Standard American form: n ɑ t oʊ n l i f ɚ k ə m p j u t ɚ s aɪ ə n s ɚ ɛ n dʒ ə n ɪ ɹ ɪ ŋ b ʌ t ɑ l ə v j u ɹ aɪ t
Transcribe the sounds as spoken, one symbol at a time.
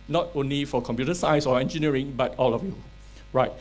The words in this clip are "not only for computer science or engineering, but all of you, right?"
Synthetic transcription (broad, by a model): n ɑ t oʊ n l i f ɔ k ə m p j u t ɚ s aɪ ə s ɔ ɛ n dʒ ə n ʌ ɹ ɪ ŋ b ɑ t ɑ l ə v j u ɹ aɪ t